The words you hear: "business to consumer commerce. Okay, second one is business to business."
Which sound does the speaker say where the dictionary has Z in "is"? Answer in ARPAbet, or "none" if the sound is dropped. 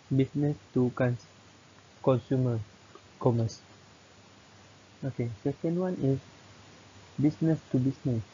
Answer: S